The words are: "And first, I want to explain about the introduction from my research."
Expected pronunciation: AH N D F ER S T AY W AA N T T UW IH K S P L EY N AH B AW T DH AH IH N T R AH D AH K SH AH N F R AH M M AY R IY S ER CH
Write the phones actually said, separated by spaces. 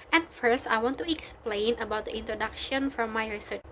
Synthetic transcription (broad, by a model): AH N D F ER S T AY W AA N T T UW IH K S P L EY N AH B AW T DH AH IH N T R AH D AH K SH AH N F R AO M M AY R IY S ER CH